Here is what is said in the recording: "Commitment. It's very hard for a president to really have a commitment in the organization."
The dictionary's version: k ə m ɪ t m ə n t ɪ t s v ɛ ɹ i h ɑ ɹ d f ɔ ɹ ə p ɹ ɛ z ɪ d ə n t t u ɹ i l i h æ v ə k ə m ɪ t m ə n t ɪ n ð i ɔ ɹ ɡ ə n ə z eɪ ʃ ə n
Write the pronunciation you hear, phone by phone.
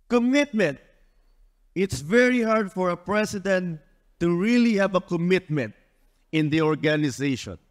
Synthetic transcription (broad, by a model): k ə m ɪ t m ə n t ɪ t s v ɛ ɹ i h ɑ ɹ d f ɔ ɹ ə p ɹ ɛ s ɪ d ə n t t u ɹ i l i h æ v ə k ə m ɪ t m ə n t ɪ n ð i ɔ ɹ ɡ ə n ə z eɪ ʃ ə n